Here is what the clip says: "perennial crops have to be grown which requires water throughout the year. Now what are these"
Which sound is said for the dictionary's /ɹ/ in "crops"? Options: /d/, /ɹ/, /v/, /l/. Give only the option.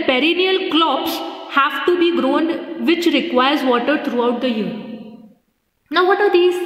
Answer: /l/